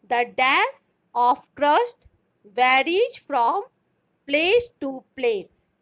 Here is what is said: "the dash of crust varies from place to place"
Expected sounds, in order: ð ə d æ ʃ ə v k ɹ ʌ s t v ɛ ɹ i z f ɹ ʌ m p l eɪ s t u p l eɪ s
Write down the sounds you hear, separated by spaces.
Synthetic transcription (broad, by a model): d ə d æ s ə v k ɹ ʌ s t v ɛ ɹ i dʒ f ɹ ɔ m p l eɪ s t u p l eɪ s